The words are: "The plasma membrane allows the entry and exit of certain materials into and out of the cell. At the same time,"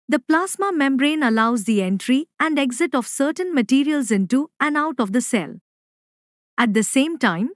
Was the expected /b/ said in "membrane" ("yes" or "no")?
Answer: yes